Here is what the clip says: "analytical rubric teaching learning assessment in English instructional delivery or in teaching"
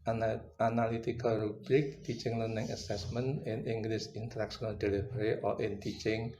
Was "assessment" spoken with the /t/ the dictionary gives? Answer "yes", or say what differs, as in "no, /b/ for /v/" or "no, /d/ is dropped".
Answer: no, /t/ is dropped